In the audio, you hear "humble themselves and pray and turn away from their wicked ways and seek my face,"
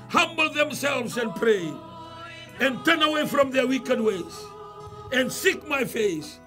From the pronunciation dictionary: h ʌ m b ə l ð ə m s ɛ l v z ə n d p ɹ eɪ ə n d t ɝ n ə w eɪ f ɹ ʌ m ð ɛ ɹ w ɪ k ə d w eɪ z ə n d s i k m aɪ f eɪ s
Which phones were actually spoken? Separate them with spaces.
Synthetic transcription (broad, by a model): h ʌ m b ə l ð ə m s ɛ l v z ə n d p ɹ eɪ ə n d t ɝ n ə w eɪ f ɹ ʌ m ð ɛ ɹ w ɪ k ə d w eɪ z ə n d s i k m aɪ f eɪ s